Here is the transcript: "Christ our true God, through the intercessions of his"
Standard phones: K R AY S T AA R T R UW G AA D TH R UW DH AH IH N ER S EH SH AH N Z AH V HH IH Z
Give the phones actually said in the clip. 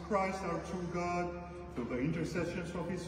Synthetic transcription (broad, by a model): K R AY S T AA R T UW G AA D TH UW DH AH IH N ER S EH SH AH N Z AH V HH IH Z